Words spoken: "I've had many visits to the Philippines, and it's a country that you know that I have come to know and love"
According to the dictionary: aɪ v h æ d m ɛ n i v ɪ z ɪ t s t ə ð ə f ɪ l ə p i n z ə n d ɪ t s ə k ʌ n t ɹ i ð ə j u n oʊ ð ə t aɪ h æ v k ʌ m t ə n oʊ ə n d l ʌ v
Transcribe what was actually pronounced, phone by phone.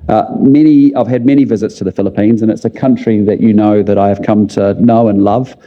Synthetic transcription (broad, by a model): aɪ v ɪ d m ɛ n i v ɪ z ɪ t s t ə ð ə f ɪ l ə p i n z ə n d ɪ t s ə k ʌ n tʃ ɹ i ð ə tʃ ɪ n oʊ ð ə t aɪ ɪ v k ʌ m t ə n oʊ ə n l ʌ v